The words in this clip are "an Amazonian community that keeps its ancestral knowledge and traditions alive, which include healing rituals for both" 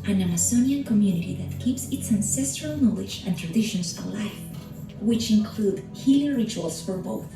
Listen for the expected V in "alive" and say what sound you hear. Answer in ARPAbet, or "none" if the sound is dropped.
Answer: F